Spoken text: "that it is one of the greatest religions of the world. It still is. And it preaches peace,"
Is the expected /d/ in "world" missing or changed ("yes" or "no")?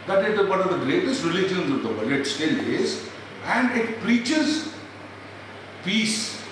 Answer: yes